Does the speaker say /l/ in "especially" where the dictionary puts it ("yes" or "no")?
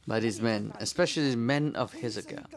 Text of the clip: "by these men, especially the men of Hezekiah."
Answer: no